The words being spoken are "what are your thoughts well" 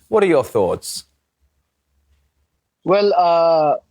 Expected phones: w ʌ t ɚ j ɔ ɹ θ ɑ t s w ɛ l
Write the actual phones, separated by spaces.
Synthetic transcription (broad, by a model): w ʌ t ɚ j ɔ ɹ θ ɑ t s w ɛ l